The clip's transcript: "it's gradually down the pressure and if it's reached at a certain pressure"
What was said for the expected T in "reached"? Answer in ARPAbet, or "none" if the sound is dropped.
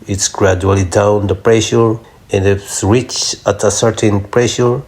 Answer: none